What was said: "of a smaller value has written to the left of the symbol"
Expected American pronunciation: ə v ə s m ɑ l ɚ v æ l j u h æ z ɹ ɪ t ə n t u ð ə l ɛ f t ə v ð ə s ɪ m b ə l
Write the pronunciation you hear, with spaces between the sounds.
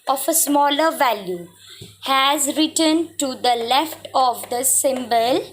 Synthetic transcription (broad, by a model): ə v ə s m ɑ l ɚ v æ l j u h æ z ɹ ɪ t ə n t u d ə l ɛ f t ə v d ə s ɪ m b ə l